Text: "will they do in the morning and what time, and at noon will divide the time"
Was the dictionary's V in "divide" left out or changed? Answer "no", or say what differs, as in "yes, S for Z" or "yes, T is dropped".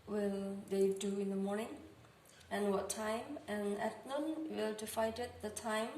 yes, F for V